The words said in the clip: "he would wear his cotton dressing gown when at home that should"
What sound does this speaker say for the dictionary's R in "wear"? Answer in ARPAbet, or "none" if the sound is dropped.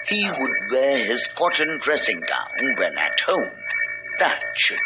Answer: R